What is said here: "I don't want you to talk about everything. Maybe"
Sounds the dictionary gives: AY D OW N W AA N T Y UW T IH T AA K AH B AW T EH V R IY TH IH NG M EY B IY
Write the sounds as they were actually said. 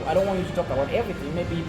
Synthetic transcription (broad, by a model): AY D OW N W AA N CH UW T IH T AA K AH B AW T EH V R IY TH IH NG M EY B IY